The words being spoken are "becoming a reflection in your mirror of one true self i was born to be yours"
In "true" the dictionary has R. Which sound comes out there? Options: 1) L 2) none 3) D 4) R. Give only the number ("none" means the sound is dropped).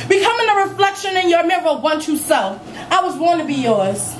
2